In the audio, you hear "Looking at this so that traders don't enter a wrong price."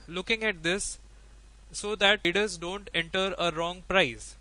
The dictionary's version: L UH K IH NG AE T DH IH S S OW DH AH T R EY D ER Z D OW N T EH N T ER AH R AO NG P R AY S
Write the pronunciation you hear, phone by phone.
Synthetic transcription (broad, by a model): L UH K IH NG AE T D IH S S OW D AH T IY D ER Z D OW N T EH N T ER AH R AO NG P R AY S